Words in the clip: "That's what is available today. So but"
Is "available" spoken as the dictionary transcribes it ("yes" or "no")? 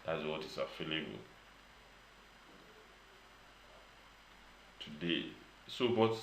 no